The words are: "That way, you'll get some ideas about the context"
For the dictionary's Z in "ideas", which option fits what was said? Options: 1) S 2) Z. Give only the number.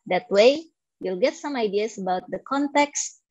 1